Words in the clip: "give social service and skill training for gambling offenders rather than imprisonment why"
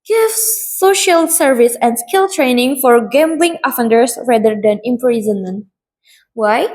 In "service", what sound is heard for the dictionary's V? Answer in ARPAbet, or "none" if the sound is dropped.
V